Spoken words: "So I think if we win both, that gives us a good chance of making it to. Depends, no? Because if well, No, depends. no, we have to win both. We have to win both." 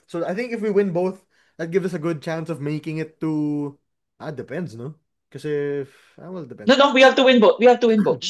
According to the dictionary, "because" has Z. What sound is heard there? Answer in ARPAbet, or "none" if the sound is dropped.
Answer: none